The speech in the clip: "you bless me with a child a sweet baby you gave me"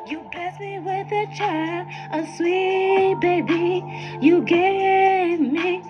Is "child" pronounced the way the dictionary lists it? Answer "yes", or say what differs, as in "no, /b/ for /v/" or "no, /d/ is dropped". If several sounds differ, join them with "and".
no, /d/ is dropped